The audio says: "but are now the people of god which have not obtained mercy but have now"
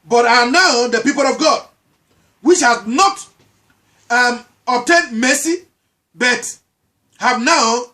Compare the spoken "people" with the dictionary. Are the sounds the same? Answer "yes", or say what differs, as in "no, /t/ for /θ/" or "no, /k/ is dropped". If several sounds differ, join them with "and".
yes